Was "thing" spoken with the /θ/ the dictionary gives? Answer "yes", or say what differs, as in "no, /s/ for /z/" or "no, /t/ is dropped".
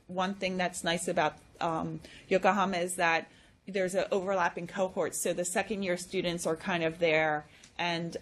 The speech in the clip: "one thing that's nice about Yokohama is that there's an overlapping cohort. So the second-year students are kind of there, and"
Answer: yes